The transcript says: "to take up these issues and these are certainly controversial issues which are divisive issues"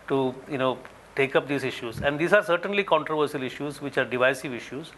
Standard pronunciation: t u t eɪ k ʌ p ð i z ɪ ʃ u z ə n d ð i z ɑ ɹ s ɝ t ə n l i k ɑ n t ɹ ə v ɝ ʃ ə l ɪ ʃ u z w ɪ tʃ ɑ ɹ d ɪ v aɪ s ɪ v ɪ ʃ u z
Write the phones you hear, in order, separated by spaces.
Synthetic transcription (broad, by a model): t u t eɪ k ʌ p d i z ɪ ʃ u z ə n d i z ɑ ɹ s ɝ t ə n l i k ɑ n t ɹ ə v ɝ s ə l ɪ ʃ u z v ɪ tʃ ɑ ɹ d ɪ v aɪ s ɪ v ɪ ʃ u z